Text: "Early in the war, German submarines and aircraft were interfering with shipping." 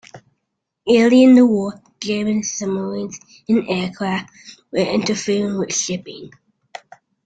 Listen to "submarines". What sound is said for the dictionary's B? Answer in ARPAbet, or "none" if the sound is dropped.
none